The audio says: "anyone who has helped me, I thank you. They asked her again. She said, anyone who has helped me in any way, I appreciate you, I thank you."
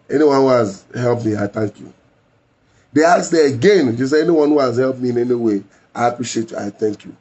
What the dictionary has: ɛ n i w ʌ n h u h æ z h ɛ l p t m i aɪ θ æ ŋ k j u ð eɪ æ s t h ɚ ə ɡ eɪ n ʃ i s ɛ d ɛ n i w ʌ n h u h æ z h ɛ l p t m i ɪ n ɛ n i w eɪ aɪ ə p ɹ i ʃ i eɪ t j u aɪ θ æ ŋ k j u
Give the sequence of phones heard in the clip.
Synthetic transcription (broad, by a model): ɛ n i w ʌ n h u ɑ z h ɛ l p m i aɪ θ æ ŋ k j u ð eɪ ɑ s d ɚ ə ɡ eɪ n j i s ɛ ɛ n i w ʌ n h u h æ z h ɛ l p m i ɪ n ɛ n i w eɪ aɪ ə p ɹ i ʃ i eɪ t j u aɪ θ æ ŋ k j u